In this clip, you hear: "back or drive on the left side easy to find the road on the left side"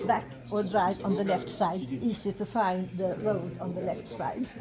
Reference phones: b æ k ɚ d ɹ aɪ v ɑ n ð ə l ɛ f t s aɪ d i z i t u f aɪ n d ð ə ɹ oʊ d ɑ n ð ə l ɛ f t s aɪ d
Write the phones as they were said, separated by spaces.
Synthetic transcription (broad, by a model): b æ k ɚ d ɹ aɪ v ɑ n ð ə l ɛ f t s aɪ d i s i t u f aɪ n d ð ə ɹ oʊ d ɑ n ð ə l ɛ f t s aɪ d